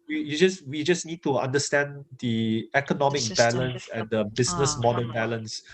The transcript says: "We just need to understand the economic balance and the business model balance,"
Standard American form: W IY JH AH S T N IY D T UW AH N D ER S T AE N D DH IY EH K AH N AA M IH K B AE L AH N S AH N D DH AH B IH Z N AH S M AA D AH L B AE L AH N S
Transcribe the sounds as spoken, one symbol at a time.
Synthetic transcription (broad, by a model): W IY JH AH S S N IY D T UW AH N D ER S T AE N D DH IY EH K AH N AA M IH K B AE L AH N S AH N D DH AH B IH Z N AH S M AA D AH N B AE L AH N S